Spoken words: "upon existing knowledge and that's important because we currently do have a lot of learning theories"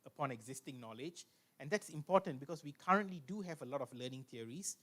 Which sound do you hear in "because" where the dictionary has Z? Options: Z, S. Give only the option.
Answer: S